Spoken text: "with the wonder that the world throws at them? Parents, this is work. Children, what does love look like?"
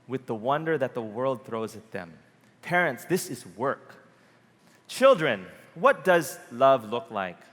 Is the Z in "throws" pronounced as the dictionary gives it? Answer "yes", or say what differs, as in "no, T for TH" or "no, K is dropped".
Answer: yes